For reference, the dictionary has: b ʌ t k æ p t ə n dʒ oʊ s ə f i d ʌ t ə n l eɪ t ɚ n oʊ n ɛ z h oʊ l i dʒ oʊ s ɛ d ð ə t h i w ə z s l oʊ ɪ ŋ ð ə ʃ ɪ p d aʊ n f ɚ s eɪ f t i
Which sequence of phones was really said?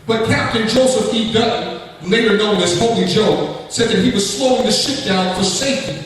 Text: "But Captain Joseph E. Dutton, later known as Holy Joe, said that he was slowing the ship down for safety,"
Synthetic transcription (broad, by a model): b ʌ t k æ p t ə n dʒ oʊ s ə f i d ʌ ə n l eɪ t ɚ n oʊ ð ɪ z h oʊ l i dʒ oʊ s ɛ d ð ə t h i w ə z s l oʊ ɪ ŋ ð ə ʃ ɪ p d aʊ n f ɚ s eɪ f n